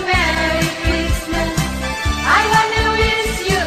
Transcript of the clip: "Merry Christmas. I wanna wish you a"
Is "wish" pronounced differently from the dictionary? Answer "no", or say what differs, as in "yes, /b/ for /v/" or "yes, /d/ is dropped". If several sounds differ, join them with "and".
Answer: yes, /s/ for /ʃ/